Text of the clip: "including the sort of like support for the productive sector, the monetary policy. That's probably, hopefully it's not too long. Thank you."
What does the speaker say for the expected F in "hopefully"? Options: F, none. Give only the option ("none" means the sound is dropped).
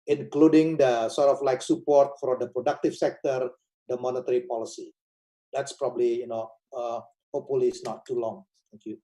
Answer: none